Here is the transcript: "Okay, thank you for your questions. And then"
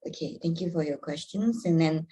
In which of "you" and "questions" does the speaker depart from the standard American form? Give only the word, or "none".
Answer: none